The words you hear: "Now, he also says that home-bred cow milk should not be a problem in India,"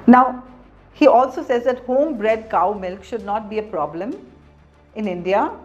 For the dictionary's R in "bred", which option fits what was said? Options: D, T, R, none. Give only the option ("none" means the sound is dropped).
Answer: R